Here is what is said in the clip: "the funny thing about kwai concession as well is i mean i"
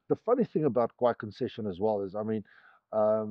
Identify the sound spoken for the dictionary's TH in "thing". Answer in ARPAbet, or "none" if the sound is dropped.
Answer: TH